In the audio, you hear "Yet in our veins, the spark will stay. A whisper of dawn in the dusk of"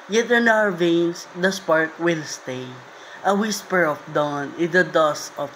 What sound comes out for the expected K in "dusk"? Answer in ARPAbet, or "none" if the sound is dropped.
none